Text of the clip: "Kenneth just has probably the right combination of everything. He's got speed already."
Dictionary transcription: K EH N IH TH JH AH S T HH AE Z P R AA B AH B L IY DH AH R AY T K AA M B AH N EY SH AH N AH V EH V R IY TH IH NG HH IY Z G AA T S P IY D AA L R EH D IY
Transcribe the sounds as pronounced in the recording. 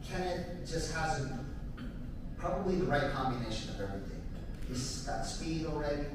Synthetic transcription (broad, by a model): K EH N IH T JH AH S T HH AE Z P R AA B AH B L IY DH AH R AY T K AA M B AH N EY SH AH N AH V EH V R IY TH IH NG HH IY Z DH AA T S P IY D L R EH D IY